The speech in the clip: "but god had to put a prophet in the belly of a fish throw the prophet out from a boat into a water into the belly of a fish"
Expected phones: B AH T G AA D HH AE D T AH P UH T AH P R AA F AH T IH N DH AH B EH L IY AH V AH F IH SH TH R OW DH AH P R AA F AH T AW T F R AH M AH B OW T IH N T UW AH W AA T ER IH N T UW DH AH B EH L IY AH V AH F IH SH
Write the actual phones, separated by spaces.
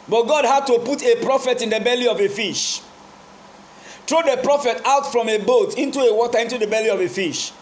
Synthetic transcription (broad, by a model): B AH T G AA D HH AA D T AH P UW T AH P R AA F AH T IH N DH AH B EH L IY AH V AH F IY SH T R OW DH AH P R AA F AH T AW T F R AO M AH B OW T IH N T UW AH W AA T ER IH N T UW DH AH B EH L IY AH V AH F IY SH